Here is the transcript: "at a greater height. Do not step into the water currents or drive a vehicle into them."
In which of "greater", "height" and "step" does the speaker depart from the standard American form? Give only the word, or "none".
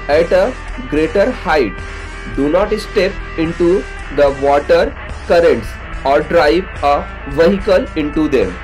none